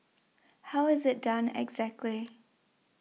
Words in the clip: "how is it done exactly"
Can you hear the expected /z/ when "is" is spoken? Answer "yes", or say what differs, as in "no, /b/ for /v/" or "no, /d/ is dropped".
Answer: yes